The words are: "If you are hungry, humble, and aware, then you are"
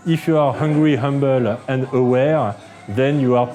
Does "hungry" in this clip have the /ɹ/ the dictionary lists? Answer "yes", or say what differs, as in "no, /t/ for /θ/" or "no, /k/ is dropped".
yes